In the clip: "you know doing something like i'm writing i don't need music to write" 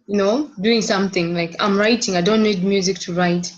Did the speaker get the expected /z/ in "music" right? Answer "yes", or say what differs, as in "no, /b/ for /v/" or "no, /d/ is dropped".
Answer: yes